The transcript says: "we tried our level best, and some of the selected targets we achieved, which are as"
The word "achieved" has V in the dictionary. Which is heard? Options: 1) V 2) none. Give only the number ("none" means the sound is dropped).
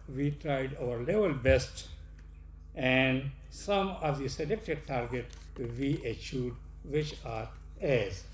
2